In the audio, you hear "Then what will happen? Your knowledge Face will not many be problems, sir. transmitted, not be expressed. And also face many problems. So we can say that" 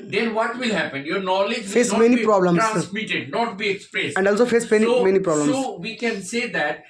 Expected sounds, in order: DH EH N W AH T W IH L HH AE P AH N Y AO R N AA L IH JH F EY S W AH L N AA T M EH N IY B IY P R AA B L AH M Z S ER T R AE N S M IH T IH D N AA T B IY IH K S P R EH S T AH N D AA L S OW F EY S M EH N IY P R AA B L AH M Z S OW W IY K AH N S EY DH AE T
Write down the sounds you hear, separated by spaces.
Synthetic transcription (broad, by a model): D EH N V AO T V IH L HH AE P AH N Y AO R N AA L IH JH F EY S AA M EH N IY IY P R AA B L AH M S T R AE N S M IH T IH D N AA T B IY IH K S P R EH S AH N D AA L S OW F EY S M EH N IY P R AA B L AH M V IY K AH N S EY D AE T